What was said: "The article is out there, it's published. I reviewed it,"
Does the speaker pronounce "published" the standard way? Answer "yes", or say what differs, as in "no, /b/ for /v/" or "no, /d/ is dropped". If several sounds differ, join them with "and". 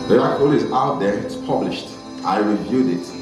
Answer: yes